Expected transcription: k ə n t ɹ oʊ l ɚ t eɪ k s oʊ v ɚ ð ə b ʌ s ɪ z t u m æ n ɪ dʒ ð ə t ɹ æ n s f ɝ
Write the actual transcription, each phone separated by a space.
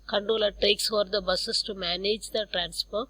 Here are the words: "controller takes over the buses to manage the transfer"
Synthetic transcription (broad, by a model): k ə n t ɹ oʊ l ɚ t eɪ k s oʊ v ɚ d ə b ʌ s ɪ s t u m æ n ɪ dʒ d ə t ɹ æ n s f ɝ